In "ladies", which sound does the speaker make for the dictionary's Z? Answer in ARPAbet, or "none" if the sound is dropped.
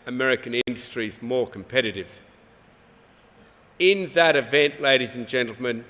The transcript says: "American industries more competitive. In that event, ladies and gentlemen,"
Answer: Z